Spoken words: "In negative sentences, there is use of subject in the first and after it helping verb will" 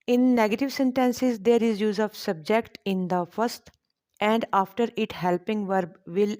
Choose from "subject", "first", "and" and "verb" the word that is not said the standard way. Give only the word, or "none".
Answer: none